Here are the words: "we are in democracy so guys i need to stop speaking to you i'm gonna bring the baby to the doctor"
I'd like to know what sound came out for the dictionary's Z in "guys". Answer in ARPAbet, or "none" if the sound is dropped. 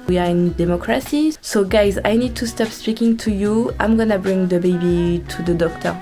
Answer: Z